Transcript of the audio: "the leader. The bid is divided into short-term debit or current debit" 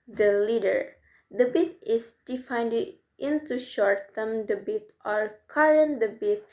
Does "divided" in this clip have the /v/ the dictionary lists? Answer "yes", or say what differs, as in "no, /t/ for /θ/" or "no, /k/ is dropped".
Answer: no, /f/ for /v/